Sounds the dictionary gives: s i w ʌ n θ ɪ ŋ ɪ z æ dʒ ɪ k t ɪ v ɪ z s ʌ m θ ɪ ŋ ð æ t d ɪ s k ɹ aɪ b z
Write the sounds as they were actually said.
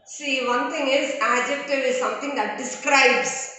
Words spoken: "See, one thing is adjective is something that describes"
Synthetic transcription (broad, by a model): s i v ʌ n t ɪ ŋ ɪ z æ dʒ ɪ k t ɪ v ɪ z s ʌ m t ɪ ŋ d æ t d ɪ s k ɹ aɪ b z